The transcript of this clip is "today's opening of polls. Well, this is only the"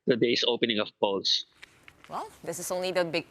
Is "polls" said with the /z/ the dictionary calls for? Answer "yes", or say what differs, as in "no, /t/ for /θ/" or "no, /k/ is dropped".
no, /s/ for /z/